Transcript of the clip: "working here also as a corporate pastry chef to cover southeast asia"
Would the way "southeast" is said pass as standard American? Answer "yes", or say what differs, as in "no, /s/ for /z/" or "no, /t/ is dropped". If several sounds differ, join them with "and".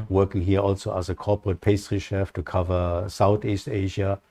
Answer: yes